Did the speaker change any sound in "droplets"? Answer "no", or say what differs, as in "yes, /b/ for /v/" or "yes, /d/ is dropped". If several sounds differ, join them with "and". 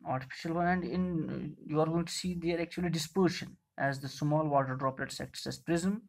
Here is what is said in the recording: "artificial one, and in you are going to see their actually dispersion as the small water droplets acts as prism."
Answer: no